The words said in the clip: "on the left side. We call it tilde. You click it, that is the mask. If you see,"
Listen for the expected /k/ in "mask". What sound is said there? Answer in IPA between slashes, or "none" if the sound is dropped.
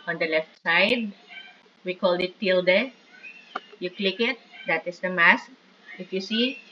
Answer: /k/